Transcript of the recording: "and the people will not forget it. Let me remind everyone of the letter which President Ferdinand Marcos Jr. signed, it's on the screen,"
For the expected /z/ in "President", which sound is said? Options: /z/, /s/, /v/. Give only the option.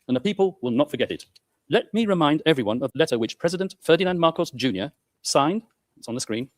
/z/